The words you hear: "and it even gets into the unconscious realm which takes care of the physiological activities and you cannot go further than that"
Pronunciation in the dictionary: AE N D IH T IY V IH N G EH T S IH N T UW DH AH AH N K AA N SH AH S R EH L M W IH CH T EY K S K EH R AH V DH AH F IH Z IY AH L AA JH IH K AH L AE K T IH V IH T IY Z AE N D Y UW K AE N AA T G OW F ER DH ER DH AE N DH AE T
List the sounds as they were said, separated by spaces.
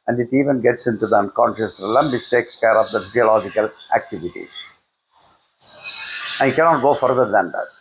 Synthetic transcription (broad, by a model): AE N D IH T IY V IH N G EH T S IH N T UW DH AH AH N K AA N SH AH S L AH M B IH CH T EY K S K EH R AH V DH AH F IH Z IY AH L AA JH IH K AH L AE K T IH V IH T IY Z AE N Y K AE N AA T G OW F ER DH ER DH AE N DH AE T